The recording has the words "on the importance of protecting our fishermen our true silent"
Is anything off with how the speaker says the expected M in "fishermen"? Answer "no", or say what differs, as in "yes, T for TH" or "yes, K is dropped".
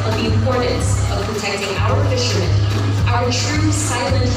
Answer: yes, M is dropped